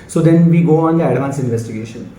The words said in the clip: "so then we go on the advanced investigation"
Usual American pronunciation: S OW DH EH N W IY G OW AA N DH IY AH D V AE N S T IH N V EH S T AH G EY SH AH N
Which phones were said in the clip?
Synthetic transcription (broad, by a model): S OW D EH N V IY G OW AA N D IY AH D V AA N S IH N V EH S T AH G EY SH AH N